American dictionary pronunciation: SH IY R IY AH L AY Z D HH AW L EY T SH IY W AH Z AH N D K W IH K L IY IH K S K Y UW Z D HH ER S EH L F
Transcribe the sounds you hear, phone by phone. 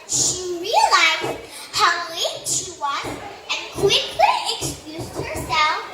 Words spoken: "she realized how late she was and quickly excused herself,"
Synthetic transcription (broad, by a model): SH IY R IY AH L AY Z D HH AW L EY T SH IY W AH Z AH N K W IH K L IY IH K S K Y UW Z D HH ER S EH L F